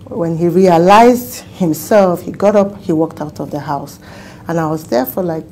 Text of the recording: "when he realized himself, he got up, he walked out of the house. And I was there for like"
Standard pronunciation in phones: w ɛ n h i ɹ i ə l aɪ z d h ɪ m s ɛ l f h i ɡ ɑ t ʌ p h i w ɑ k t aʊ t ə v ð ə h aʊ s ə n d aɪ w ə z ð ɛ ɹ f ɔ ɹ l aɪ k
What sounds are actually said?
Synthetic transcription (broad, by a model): w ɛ n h i ɹ i ə l aɪ z d h ɪ m s ɛ l f h i ɡ ɑ t ʌ p h i w ɑ k t aʊ t ə v ð ə h aʊ s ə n aɪ w ə z ð ɛ ɹ f ɔ ɹ l aɪ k